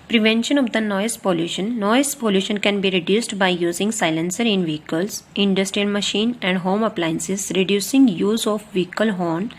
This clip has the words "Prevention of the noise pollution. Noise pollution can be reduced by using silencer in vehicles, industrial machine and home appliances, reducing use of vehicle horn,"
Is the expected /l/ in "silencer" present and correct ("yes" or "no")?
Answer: yes